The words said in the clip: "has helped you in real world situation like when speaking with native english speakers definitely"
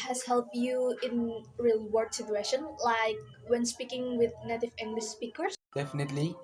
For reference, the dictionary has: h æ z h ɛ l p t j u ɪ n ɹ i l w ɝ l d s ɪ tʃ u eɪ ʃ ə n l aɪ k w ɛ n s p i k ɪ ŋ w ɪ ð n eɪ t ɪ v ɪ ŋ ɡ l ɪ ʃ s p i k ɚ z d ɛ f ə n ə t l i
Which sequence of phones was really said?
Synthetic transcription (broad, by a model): h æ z h ɛ l p t j u ɪ n ɹ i l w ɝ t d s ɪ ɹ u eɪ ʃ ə n l aɪ k w ɛ n s p i k ɪ ŋ w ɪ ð n eɪ t ɪ v ɪ ŋ ɡ l ɪ ʃ s p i k ɚ s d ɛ f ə n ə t l i